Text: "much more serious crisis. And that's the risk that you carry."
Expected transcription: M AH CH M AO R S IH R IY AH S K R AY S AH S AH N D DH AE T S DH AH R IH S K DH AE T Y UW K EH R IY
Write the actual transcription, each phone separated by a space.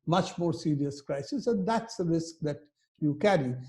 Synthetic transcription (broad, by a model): M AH CH M AO R S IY R IY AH S K R AY S AH S AH N D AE T S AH R IH S K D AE T Y UW K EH R IY